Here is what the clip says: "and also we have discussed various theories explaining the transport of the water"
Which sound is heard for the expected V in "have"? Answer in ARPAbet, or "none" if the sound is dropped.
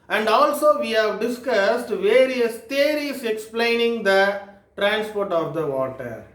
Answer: V